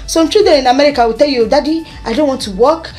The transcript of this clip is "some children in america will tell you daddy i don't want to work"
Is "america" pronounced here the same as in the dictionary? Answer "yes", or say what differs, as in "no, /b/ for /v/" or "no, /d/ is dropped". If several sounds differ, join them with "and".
yes